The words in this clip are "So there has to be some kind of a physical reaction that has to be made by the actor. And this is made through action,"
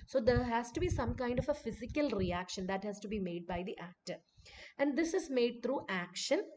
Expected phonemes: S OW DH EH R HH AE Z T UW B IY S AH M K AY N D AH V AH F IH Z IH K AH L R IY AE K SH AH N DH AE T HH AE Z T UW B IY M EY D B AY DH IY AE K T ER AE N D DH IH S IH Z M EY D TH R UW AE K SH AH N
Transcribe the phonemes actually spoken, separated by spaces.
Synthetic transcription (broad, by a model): S OW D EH R HH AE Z T UW B IY S AH M K AY N D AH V AH F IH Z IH K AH L R IY AE K SH AH N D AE T HH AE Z T UW B IY M EY D B AY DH IY AE K T ER AE N D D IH S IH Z M EY D T R UW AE K SH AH N